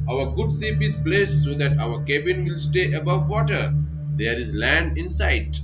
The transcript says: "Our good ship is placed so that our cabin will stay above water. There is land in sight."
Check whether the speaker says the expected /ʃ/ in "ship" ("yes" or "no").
no